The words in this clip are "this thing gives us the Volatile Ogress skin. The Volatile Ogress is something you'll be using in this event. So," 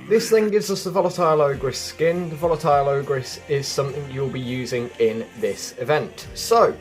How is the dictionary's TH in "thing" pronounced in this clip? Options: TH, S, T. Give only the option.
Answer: TH